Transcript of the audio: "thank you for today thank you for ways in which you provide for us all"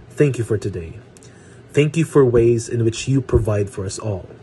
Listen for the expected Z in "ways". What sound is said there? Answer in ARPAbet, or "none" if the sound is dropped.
Z